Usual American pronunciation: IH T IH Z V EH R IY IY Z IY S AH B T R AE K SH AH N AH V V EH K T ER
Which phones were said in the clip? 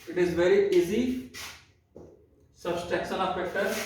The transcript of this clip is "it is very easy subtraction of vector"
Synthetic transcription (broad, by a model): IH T IH Z V EH R IY IY Z IY S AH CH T EH K S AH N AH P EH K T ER